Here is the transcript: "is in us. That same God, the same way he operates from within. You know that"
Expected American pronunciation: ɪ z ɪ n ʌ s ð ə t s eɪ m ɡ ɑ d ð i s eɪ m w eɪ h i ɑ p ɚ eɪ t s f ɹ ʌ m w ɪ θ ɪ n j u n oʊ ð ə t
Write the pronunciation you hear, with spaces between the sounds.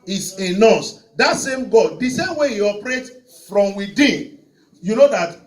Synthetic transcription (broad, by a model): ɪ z ɪ n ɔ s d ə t s eɪ m ɡ ɑ d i s eɪ m w eɪ h i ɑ p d eɪ t f ɹ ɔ m w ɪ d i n j u n oʊ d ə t